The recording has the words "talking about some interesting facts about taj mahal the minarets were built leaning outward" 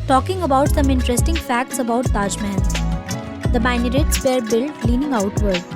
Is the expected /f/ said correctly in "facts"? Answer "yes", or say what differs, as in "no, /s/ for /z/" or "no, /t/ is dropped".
yes